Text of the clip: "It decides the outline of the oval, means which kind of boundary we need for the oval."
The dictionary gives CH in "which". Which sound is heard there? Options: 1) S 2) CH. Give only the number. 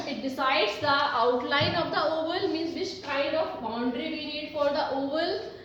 1